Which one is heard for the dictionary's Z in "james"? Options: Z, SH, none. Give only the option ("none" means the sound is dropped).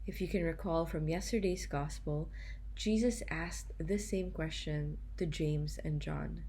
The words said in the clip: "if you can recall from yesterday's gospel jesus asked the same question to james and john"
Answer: Z